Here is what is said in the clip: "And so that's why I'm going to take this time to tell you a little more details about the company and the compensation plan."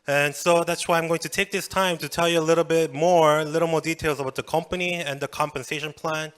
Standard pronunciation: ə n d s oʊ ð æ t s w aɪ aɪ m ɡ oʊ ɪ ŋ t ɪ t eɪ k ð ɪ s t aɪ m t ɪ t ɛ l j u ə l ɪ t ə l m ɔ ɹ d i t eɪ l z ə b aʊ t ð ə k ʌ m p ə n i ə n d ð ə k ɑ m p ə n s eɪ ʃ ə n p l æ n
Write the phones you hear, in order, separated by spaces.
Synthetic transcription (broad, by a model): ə n s oʊ ð æ t s w aɪ aɪ m ɡ oʊ ɪ ŋ t ɪ t eɪ k ð ɪ s t aɪ m t ɪ t ɛ l j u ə l ɪ t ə l m ɔ ɹ d i t eɪ l z ə b aʊ t ð ə k ʌ m p ə n i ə n ð ə k ɑ m p ə n s eɪ ʃ ə n p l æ n